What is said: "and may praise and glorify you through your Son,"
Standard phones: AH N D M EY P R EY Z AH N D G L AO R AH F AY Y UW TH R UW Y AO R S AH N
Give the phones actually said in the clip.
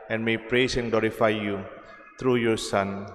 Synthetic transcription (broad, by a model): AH N M EY P R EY S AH N G L AO R AH F AY Y UW T R UW Y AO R S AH N